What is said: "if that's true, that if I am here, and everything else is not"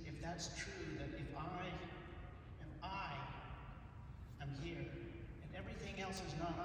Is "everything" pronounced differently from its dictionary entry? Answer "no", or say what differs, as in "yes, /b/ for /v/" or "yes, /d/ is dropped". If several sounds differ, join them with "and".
no